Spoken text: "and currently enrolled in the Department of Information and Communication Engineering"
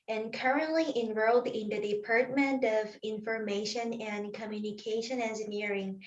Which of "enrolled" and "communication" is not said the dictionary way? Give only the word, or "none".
none